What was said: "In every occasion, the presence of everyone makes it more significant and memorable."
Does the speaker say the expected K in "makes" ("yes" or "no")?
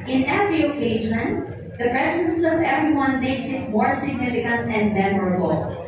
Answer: no